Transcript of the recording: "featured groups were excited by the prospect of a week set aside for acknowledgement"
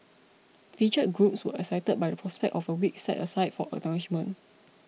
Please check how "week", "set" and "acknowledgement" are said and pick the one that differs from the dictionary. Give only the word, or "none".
acknowledgement